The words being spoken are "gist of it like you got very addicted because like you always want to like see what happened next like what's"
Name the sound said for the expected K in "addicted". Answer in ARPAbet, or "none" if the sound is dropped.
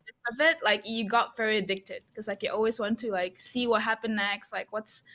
K